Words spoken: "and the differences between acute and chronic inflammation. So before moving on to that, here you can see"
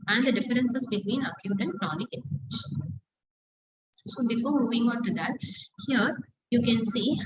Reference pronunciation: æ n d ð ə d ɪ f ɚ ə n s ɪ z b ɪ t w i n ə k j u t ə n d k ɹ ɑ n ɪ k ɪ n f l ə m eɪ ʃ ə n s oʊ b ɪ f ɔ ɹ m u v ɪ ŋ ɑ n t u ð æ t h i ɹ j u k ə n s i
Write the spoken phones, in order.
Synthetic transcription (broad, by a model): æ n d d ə d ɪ f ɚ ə n s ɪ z b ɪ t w i n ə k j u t ə n d k ɹ ɑ n ɪ k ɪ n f ə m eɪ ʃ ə n s oʊ b ɪ f ɔ ɹ m u v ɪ ŋ ɑ n t u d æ t h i ɹ j u k ə n s i